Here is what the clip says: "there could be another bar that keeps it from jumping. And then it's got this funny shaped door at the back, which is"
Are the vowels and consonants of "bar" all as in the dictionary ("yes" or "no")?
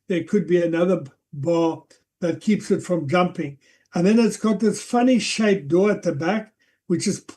no